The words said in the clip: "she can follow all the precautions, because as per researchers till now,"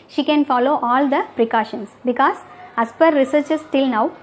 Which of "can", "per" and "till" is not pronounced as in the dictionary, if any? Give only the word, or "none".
none